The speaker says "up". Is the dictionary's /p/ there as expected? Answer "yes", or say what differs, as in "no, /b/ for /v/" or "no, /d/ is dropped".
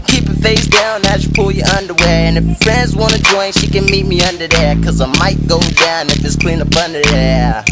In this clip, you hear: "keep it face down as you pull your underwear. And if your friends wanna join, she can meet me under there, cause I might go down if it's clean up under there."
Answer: no, /b/ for /p/